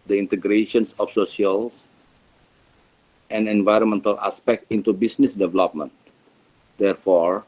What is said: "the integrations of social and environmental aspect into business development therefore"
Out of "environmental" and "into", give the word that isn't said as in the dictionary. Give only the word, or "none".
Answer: none